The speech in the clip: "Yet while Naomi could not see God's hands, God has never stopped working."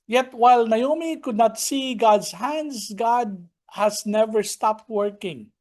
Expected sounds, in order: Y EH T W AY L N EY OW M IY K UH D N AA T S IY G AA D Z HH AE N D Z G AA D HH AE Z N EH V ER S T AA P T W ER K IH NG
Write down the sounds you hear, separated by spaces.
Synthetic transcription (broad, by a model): Y EH T W AY L N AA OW M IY K UH D N AA T S IY G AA D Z HH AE N D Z G AA D HH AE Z N EH V ER S T AA P T W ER K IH NG